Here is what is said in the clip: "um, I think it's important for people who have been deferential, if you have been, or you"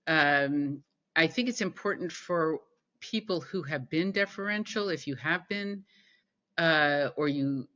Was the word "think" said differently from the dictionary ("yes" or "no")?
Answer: no